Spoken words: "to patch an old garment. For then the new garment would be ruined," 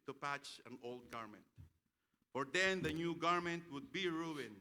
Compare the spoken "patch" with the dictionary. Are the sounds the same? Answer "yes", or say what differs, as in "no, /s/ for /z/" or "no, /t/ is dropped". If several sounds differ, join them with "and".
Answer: yes